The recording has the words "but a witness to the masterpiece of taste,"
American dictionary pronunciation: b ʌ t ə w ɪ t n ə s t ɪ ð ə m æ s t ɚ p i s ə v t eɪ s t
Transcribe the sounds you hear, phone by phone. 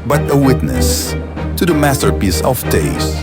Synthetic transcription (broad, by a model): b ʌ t ə w ɪ t n ə s t ɪ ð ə m æ s t ɚ p i s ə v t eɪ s